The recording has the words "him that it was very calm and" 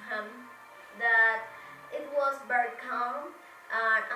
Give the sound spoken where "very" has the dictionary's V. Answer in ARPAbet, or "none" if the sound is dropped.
B